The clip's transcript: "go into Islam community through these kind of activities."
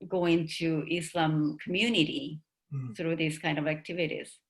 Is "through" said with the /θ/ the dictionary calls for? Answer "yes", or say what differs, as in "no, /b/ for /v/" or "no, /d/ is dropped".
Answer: no, /s/ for /θ/